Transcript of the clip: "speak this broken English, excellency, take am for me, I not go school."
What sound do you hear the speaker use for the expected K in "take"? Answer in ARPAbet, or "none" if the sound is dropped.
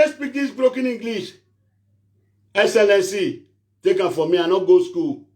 K